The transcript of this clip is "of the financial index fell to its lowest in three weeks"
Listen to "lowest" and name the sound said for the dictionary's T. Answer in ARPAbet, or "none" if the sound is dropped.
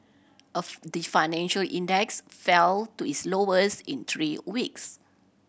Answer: none